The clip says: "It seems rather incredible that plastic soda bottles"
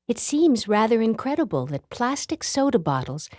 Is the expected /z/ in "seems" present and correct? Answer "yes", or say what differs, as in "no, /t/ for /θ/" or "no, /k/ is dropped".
yes